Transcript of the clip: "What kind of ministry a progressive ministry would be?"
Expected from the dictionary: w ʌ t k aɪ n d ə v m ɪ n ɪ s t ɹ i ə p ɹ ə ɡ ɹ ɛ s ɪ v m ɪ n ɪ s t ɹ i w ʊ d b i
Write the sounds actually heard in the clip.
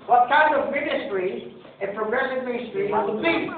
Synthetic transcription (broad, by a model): w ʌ t k aɪ n d ə v m ɪ n ɪ s t ɹ i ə p ɹ ə ɡ ɹ ɛ s ɪ v m ɪ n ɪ s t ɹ i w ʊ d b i